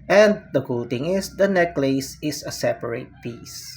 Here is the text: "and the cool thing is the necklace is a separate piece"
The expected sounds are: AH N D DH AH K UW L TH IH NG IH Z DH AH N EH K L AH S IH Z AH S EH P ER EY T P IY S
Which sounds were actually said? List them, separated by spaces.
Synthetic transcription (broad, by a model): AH N D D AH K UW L T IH NG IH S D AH N EH K L AH S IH S AH S EH P ER EY T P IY S